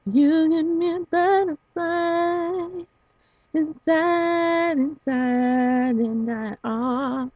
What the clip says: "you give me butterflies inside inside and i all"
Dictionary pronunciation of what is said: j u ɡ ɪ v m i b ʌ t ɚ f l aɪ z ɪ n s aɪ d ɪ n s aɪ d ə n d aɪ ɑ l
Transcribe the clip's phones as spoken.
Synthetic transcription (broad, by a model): j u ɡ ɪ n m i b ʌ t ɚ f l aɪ ɪ n s aɪ d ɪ n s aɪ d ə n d aɪ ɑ